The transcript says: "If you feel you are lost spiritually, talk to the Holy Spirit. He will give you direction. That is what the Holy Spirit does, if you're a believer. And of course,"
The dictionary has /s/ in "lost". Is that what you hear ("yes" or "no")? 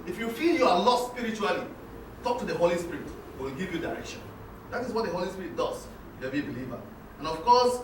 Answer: no